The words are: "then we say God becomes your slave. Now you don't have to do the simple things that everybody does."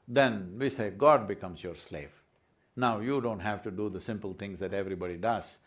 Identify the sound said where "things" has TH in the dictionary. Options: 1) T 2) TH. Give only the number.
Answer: 1